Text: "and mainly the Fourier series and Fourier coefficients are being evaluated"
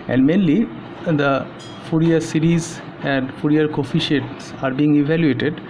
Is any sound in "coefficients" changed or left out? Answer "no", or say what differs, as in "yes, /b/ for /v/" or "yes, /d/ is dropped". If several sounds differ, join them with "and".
yes, /n/ is dropped